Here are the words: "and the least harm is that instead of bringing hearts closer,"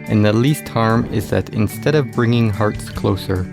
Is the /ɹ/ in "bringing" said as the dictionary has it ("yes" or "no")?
yes